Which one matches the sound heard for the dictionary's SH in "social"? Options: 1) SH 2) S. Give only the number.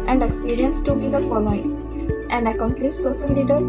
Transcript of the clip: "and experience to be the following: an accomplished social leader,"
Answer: 2